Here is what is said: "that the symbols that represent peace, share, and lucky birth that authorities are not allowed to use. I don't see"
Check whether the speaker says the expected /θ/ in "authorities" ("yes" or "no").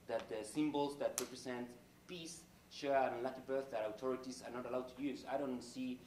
no